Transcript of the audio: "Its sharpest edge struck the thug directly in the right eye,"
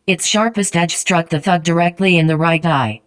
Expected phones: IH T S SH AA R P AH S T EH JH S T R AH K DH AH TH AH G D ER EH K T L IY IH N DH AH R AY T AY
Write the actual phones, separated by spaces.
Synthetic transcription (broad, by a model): IH T S SH AA R P AH S T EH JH S T R AH K DH AH TH AH G D ER EH K T L IY IH N DH AH R AY T AY